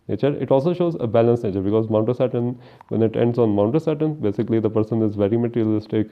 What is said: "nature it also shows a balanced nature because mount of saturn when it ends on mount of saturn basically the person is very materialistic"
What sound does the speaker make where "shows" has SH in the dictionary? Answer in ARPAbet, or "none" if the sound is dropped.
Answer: SH